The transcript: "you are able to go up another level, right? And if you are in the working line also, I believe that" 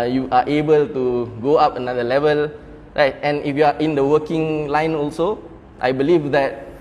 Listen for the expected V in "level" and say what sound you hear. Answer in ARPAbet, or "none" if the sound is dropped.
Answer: V